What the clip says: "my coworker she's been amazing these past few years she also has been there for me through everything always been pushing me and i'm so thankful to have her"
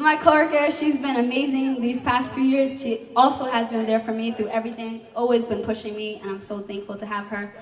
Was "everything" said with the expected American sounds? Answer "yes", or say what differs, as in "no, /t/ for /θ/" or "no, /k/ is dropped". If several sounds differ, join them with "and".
yes